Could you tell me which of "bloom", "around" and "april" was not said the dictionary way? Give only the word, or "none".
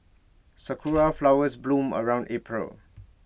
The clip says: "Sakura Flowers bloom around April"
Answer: none